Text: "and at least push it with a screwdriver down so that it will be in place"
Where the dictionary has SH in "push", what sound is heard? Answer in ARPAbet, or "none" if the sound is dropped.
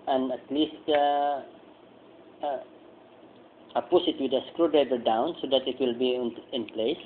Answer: S